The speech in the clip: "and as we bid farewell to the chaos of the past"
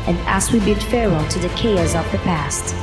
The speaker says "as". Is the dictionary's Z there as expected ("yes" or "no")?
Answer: no